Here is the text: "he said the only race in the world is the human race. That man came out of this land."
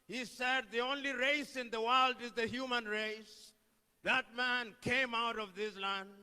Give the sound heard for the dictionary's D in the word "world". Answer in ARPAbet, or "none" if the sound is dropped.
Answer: D